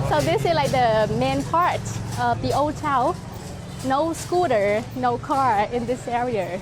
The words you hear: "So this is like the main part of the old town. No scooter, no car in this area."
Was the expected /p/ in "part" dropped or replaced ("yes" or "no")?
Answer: no